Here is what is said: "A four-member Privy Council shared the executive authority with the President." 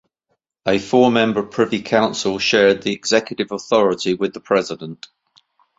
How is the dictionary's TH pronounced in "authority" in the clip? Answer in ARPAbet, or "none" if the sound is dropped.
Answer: TH